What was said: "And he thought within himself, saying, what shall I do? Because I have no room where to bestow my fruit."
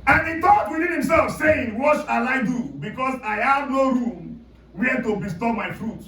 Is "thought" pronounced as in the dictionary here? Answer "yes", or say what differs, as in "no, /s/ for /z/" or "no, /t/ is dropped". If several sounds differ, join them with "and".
no, /t/ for /θ/